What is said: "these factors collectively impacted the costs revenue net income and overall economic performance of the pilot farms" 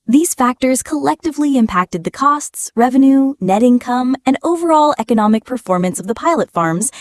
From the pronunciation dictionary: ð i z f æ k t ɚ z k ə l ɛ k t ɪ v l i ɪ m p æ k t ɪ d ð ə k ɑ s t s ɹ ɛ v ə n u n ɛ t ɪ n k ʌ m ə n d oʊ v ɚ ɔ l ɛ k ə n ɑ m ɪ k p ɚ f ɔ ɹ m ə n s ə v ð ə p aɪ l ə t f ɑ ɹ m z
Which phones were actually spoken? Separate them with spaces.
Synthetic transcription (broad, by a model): ð i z f æ k t ɚ z k ə l ɛ k t ɪ v l i ɪ m p æ k t ɪ d ð ə k ɑ s t s ɹ ɛ v ə n u n ɛ t ɪ n k ʌ m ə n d oʊ v ɚ ɔ l ɛ k ə n ɑ m ɪ k p ɚ f ɔ ɹ m ə n s ə v ð ə p aɪ l ə t f ɑ ɹ m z